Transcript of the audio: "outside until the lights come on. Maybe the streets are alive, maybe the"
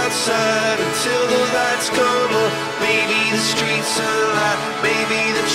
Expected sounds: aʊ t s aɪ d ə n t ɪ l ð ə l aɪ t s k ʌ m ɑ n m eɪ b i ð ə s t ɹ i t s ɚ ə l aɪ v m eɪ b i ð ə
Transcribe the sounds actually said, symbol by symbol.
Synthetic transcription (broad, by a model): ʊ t s aɪ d ə n t ɪ l ð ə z aɪ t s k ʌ ʊ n m eɪ b i ð ə s t ɹ i t s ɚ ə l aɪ m eɪ b i ð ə